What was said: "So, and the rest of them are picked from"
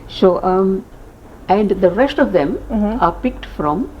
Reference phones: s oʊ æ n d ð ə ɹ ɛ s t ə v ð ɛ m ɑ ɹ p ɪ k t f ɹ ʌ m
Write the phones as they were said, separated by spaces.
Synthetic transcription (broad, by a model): s oʊ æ n d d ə ɹ ɛ s t ə v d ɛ m ɑ ɹ p ɪ k t f ɹ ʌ m